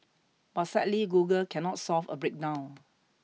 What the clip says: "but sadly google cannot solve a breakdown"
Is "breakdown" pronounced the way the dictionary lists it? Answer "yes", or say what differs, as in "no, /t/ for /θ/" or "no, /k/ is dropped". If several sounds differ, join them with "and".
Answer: no, /n/ is dropped